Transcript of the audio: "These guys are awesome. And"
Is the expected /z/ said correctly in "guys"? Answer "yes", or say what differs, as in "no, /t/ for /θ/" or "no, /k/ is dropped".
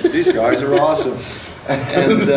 yes